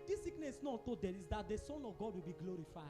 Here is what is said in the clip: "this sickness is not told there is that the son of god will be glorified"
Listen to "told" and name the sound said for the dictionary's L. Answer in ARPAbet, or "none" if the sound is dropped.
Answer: none